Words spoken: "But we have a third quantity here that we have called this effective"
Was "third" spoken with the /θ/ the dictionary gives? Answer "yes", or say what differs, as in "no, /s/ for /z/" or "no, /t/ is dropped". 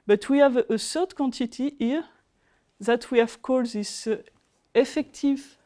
no, /s/ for /θ/